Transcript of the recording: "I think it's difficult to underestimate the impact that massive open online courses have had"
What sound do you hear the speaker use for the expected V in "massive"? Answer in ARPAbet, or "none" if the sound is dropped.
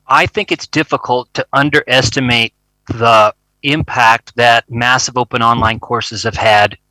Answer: V